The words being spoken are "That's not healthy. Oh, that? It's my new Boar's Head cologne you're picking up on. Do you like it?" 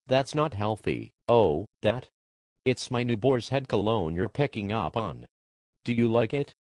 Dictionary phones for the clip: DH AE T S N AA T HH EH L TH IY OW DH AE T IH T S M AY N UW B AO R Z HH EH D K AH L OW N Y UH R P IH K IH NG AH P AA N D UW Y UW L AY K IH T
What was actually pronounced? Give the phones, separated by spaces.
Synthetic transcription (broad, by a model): DH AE T S N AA T HH EH L TH IY OW DH AE T IH T S M AY N UW B AO R Z HH EH D K AH L OW N Y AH R P IH K IH NG AH P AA N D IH Y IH L AY K IH T